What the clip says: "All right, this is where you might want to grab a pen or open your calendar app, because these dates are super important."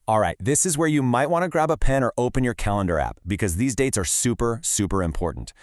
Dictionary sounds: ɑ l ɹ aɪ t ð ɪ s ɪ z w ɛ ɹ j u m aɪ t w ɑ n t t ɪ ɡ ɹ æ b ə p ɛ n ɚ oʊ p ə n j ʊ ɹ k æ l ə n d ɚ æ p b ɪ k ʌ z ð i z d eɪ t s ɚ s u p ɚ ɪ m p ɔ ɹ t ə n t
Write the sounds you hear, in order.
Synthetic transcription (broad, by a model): ɑ l ɹ aɪ t ð ɪ s ɪ z w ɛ ɹ j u m aɪ t w ɑ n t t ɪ ɡ ɹ æ b ə p ɛ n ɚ oʊ p ə n j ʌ ɹ k æ l ə n d ɚ æ p b ɪ k ʌ z ð i z d eɪ t s ɚ s u p ɚ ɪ m p ɔ ɹ t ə n t